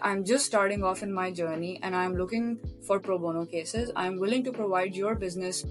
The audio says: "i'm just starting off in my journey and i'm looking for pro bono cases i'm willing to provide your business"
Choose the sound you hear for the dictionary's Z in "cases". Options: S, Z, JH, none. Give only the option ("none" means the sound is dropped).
Z